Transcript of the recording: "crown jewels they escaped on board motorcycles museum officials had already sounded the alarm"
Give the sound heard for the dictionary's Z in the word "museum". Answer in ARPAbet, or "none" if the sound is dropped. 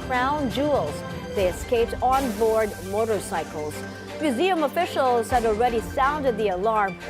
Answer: Z